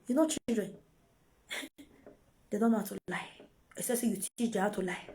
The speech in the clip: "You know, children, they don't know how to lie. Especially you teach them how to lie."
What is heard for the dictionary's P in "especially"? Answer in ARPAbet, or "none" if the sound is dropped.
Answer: none